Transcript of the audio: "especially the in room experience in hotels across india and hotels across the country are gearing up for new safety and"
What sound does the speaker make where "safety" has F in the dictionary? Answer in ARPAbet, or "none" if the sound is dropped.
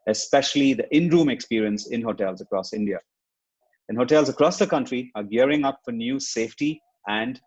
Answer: F